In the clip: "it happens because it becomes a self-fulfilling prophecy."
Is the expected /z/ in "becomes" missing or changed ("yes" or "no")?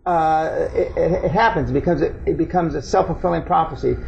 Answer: no